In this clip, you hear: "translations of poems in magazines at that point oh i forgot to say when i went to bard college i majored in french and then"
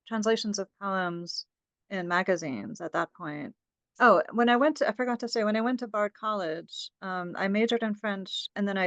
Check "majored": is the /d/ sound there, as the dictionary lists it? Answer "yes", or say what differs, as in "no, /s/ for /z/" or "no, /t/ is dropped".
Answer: yes